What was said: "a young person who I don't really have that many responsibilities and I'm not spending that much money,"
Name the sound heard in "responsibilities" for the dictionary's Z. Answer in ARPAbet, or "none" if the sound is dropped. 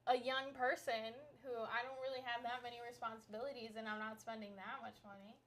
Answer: Z